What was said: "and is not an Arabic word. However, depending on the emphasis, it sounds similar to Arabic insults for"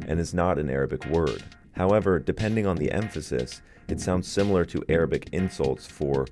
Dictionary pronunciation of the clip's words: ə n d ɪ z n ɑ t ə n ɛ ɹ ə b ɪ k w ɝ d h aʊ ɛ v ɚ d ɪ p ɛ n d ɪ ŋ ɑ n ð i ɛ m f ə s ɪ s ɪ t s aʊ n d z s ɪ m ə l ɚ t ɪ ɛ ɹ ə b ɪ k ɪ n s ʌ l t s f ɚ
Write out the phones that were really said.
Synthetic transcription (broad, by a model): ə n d ɪ z n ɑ t ə n ɛ ɹ ə b ɪ k w ɝ d h aʊ ɛ v ɚ d ɪ p ɛ n d ɪ ŋ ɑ n ð i ɛ m f ə s ɪ s ɪ t s aʊ n d z s ɪ m l ɚ t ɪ ɛ ɹ ə b ɪ k ɪ n s ʌ l t s f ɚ